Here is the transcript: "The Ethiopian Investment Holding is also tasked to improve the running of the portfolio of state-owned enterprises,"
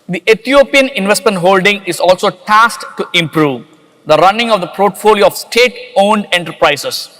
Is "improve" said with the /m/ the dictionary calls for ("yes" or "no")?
yes